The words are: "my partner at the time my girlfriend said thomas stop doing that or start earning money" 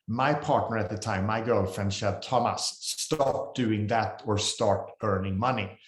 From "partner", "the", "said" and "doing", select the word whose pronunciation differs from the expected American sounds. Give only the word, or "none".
said